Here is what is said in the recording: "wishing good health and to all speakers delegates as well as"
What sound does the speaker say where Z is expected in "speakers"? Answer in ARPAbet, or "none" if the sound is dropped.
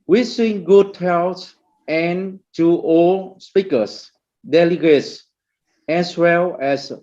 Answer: S